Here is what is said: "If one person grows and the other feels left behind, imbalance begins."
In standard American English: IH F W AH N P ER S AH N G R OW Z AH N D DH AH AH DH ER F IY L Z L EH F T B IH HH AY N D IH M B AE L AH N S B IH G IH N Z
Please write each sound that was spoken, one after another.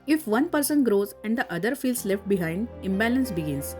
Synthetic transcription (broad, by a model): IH F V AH N P ER S AH N G R OW Z AH N D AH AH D ER F IY L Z L EH F T B IH HH AY N D IH M B AE L AH N S B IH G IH N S